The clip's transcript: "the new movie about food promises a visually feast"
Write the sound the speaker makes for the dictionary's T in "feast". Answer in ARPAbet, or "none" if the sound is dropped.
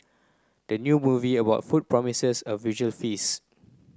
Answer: none